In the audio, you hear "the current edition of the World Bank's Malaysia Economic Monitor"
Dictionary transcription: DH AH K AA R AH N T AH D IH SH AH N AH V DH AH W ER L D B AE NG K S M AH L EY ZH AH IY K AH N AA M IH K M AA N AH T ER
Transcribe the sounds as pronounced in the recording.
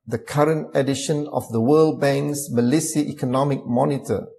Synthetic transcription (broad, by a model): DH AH K AA R AH N T AH D IH SH AH N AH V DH AH W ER L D B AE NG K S M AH L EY S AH IY K AH N AA M IH K M AA N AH T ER